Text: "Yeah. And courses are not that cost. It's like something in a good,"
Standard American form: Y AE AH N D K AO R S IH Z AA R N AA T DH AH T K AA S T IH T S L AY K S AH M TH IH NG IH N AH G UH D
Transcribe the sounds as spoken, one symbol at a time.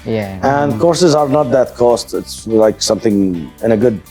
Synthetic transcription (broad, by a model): Y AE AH N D K AO R S IH Z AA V N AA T DH AH T K AA S T IH T S L AY K S AH M TH IH NG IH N AH G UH D